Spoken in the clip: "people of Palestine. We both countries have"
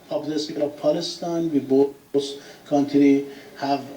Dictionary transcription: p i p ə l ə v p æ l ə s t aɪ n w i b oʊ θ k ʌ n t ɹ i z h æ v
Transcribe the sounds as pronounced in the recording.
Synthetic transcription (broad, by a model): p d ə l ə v p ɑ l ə s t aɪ n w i b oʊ s k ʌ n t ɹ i h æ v